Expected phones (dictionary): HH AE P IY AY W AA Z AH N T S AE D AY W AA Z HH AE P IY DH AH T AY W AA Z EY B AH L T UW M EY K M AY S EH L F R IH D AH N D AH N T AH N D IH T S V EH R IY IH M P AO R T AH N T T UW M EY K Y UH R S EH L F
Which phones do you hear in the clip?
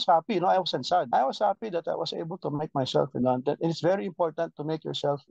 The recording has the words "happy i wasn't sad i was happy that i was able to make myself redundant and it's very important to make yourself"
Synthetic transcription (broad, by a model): HH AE P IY AY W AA S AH N S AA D AY W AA S HH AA P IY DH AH T AY W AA S EY B AH L T UW M EY K M AY S EH L F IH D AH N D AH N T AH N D IH T S V EH R IY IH M P AO R T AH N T T UW M EY K Y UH R S EH L F